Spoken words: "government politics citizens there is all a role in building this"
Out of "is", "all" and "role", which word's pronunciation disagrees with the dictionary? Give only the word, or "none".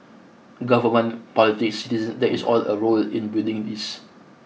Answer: is